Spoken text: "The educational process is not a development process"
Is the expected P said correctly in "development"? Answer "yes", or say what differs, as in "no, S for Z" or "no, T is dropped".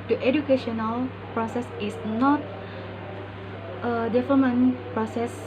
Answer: no, P is dropped